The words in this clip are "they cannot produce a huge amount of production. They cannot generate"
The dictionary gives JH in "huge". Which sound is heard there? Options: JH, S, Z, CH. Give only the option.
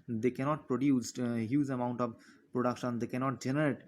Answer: Z